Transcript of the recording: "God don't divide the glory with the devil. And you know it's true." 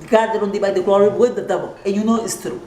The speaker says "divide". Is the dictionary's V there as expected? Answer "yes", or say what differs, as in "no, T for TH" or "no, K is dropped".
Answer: no, B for V